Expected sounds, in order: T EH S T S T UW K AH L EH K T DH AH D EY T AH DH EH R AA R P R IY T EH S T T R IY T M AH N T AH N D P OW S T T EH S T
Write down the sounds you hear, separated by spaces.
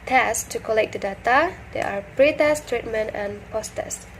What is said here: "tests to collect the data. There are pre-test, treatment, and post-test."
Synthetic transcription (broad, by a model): T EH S S T UW K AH L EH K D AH D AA T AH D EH AA R P R IY T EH S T T R IY T M AH N T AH N P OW S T T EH S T